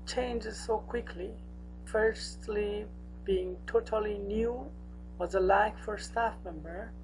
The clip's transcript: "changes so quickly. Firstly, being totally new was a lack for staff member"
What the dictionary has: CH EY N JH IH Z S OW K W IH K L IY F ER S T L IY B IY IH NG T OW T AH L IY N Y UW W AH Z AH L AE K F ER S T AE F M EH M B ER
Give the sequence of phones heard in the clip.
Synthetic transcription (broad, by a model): CH EY N JH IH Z S OW K W IH K L IY F ER S T L IY B IY IH NG T OW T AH L IY N Y UW W AH Z AH L AE K F ER S T AE F M EH M B ER